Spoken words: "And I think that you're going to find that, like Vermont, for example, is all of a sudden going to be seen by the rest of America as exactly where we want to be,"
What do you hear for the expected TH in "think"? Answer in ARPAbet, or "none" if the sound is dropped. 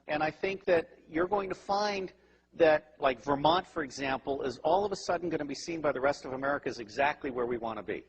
TH